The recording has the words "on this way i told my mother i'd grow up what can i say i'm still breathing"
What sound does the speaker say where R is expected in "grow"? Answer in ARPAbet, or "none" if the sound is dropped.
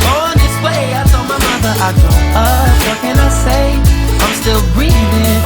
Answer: none